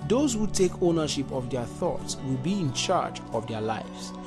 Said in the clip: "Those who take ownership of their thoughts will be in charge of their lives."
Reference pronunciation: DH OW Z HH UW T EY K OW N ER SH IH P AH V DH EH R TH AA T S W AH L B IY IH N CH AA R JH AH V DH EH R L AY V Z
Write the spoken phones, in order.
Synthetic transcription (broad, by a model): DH OW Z HH UW T EY K OW N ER SH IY P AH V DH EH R TH AA T S W AH L B IY IH N CH AA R JH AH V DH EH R L AY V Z